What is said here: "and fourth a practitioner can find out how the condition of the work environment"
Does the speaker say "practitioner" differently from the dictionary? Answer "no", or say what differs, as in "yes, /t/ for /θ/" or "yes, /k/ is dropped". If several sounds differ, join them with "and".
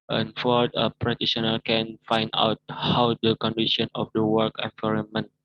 yes, /k/ is dropped